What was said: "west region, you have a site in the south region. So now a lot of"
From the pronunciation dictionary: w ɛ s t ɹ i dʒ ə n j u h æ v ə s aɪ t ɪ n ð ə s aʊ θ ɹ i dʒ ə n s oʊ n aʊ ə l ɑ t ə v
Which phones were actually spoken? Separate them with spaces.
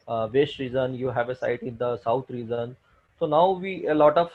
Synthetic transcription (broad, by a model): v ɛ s t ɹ i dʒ ə n j u h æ v ə s aɪ t ɪ n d ə s aʊ t ɹ i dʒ ə n s oʊ n aʊ ə l ɑ t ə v